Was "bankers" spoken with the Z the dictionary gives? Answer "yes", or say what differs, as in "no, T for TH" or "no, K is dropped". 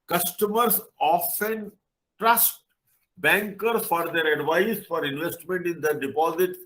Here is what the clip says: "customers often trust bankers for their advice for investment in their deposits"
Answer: no, Z is dropped